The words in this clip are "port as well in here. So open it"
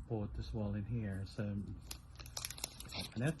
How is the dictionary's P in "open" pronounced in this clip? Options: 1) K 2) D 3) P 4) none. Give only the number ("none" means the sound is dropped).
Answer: 4